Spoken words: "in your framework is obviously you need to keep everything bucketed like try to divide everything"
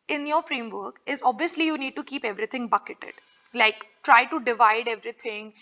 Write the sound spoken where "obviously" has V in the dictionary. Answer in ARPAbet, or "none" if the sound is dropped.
V